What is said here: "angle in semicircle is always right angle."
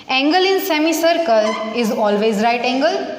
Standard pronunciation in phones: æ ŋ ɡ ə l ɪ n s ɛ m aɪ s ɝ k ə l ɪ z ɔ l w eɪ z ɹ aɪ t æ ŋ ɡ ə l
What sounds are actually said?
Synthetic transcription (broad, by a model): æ ŋ ɡ ə l ɪ n s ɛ m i s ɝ k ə l ɪ z ɔ l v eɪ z ɹ aɪ t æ ŋ ɡ ə l